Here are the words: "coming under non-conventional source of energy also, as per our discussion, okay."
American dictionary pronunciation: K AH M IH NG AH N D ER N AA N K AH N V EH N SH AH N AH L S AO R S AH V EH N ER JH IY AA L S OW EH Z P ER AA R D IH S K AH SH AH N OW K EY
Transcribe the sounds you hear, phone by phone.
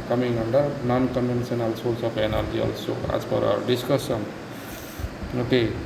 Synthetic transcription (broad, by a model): K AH M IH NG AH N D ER N AA N K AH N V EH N S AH N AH L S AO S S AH P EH N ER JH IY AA L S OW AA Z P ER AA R D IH S K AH S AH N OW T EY